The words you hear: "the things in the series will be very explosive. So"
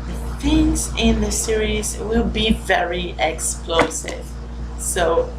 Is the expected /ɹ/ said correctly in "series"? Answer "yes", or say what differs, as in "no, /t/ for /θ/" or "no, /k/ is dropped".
yes